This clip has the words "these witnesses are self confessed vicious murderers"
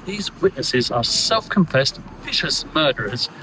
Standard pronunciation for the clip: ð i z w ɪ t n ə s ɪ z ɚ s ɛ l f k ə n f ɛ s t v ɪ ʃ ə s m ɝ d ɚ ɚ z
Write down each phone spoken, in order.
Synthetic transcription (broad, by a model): ð i z w ɪ t n ə s ɪ z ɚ s ɛ l f k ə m f ɛ s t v ɪ ʃ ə s m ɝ d ɚ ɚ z